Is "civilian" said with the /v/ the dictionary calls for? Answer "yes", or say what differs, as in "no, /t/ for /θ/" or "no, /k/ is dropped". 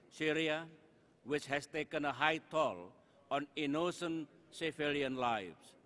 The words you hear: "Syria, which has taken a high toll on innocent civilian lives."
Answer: no, /f/ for /v/